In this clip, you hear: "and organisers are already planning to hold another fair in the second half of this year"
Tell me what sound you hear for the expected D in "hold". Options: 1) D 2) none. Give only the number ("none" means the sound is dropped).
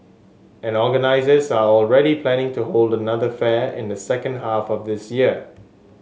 1